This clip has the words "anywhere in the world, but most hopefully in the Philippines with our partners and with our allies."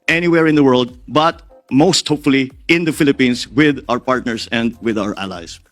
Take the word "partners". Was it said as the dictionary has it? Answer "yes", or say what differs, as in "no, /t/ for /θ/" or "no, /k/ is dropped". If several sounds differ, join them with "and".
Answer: no, /s/ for /z/